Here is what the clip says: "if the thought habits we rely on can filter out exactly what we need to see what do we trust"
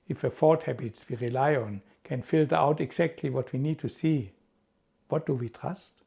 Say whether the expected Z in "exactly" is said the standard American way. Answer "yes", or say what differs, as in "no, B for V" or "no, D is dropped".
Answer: no, S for Z